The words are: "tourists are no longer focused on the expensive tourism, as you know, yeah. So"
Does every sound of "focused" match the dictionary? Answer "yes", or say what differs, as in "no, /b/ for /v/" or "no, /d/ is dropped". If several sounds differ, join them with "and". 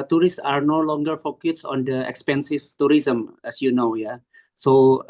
no, /t/ is dropped